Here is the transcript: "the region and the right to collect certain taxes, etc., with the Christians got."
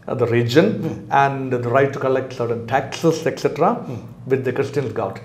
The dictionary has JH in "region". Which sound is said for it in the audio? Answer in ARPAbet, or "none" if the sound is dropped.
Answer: JH